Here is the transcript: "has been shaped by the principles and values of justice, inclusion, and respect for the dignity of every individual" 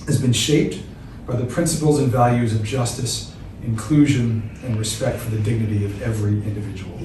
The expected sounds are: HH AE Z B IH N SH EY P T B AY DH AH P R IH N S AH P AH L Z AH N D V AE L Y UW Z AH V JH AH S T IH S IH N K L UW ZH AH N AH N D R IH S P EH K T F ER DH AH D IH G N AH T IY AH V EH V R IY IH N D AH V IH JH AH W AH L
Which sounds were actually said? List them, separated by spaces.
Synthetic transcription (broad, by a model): HH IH Z B IH N SH EY P T B AY DH AH P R IH N S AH P L Z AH N V AE L Y UW Z AH V JH AH S T IH S IH N K L UW ZH AH N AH N R IH S P EH K T F ER DH AH D IH G N AH T IY AH V EH V R IY IH N D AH V IH JH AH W L